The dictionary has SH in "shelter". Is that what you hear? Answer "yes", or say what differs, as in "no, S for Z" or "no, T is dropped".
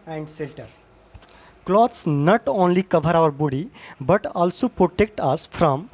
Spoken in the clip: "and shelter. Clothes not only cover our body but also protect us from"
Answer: no, S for SH